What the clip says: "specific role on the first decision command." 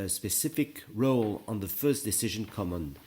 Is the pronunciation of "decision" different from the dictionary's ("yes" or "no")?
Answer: no